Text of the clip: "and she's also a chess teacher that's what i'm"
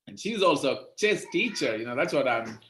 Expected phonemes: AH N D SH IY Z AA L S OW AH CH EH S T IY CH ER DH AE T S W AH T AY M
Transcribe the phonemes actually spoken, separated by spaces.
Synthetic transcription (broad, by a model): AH N SH IY Z AA L S OW AH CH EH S T IY CH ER DH AE T S W AH T AY M